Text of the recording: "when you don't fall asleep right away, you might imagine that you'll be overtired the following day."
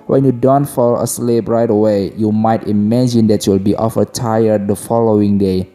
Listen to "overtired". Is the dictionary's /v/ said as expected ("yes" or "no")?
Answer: no